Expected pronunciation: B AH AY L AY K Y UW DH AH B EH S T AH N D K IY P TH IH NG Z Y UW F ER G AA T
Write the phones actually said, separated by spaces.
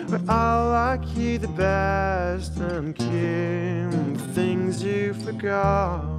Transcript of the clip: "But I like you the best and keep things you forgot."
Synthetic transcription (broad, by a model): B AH AY L AY K Y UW DH AH B EH S T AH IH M K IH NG TH IH NG Z Y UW F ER G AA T